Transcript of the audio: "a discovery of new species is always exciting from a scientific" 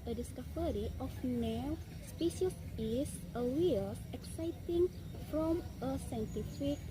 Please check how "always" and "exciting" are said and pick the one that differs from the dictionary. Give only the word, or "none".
always